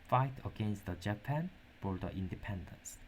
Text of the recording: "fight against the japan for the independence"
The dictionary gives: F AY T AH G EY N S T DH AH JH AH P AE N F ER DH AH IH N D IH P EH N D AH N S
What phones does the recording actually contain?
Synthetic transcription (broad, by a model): F AY T AH G EY N S T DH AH JH AH P AE N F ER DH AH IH N D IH P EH N D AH N S